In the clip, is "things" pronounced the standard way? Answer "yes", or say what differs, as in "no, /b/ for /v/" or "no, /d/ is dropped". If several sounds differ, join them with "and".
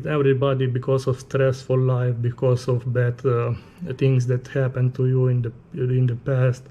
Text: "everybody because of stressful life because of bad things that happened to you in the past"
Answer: no, /t/ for /θ/